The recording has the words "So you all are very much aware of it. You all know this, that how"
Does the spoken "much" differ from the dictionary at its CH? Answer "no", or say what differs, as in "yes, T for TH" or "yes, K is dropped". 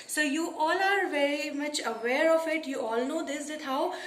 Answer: no